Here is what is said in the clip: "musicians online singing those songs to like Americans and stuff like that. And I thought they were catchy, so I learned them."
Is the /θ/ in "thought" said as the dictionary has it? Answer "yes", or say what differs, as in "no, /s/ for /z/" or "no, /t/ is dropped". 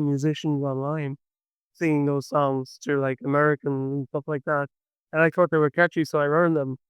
yes